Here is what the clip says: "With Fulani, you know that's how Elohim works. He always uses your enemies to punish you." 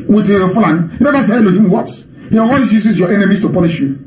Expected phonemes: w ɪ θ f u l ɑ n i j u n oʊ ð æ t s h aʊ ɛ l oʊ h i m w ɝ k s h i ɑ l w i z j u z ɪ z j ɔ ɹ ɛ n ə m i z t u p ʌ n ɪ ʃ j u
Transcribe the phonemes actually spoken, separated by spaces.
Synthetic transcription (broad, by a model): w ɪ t f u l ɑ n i j u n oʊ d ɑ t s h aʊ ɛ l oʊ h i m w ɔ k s h i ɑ w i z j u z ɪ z j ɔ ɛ n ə m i s t u p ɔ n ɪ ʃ j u